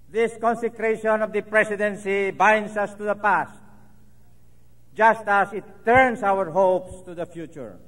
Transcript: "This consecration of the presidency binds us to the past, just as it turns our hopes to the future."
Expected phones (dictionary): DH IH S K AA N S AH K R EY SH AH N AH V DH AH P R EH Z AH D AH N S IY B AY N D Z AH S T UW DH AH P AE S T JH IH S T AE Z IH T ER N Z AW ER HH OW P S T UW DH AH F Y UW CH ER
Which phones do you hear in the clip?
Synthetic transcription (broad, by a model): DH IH S K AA N S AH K R EY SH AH N AH V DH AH P R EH S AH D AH N S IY B AY N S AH S T UW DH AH P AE S T JH IH S T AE S IH T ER N S AW ER HH OW P S T UW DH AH F Y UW CH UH